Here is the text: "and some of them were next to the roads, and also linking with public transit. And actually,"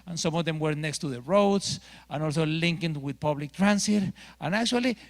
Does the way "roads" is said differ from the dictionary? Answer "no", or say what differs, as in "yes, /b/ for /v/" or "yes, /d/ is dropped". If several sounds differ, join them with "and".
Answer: yes, /s/ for /z/